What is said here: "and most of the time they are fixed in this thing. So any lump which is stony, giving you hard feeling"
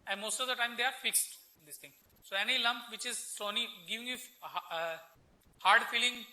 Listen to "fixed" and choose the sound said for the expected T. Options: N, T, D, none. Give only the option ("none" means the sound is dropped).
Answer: T